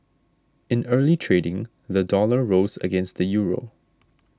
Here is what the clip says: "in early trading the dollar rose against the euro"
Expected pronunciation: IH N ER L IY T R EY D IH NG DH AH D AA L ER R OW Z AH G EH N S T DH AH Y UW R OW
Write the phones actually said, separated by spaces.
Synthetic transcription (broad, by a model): IH N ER L IY T R EY D IH NG DH AH D AA L ER R OW Z AH G EH N S T DH AH Y UW R OW